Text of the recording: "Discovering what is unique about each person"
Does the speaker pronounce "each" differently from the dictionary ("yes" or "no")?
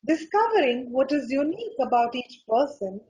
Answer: no